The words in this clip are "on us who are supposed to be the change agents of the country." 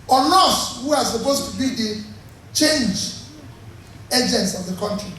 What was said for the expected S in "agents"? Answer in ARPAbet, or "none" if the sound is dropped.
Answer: S